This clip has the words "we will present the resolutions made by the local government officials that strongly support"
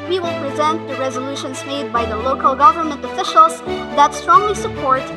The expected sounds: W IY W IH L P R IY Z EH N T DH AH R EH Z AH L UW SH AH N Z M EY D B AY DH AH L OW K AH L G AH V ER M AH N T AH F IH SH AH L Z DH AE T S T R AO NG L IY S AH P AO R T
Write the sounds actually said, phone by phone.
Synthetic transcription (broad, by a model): W IY W IH L P R IY Z EH N T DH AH R EH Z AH L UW SH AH N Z M EY D B AY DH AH L OW K AH L G AH V ER M AH N T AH F IH SH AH L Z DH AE T S T R AO NG L IY S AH P AO R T